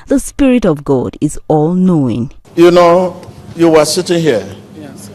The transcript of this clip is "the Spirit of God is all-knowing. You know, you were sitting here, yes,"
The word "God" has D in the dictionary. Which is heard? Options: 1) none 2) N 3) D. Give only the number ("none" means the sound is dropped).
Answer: 3